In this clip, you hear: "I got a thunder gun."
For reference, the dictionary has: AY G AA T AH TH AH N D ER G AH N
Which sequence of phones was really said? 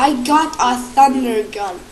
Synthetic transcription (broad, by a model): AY G AA T AH S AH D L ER G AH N